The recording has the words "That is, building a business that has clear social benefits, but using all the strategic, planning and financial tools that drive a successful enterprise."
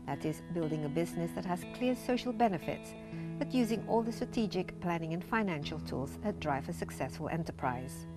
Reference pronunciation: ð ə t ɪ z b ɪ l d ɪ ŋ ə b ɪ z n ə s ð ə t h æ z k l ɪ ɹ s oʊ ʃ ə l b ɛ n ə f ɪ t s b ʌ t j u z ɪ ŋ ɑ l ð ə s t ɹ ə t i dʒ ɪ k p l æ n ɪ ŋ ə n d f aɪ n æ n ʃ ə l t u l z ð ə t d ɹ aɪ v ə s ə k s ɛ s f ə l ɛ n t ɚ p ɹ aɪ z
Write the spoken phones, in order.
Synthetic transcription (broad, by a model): ð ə t ɪ z b ɪ l d ɪ ŋ ə b ɪ z n ə s ð ə t h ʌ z k l ɪ ɹ s oʊ ʃ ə l b ɛ n ə f ɪ t s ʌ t j u z ɪ ŋ ɑ l ð ə s t ɹ ə t i dʒ ɪ k p l æ n ɪ ŋ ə n f aɪ n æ n ʃ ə l t u l z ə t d ɹ aɪ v ə s ə k s ɛ s f ə l ɛ n t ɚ p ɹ aɪ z